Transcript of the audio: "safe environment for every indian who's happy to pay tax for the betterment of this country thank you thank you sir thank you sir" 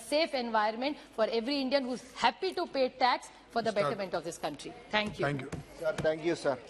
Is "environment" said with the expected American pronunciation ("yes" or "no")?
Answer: no